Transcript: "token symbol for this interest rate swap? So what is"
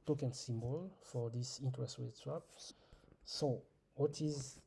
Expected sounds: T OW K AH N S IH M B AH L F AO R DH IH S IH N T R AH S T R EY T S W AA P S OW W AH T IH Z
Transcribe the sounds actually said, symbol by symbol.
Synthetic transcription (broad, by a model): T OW K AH N S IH M B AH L F AO R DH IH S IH N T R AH S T W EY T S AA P S OW W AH T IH Z